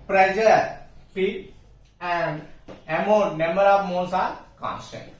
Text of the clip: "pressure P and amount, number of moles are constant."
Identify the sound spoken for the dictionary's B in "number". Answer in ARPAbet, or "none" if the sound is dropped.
none